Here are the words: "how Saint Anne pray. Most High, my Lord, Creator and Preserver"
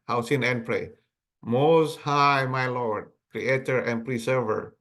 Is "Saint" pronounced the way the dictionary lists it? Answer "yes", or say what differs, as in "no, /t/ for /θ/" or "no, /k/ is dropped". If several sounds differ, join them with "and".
no, /t/ is dropped